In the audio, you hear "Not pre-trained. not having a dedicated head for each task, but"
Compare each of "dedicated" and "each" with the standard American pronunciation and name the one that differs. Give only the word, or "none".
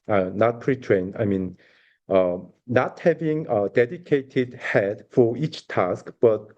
none